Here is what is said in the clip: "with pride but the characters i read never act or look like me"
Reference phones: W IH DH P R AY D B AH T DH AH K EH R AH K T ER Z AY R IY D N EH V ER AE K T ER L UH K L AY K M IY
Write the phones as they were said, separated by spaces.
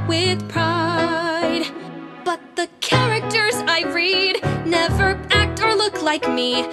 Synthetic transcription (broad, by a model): W IH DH P R AY D B AH T DH AH K EH R AH K T ER Z AY R IY D N EH V ER AE K T ER L UH K L AY K M IY